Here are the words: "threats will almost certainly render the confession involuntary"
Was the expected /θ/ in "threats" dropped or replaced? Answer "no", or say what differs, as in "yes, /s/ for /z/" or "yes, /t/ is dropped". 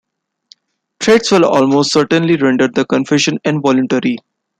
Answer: yes, /t/ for /θ/